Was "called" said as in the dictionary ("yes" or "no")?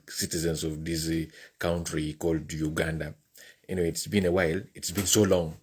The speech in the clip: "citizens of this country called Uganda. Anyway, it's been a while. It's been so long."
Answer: yes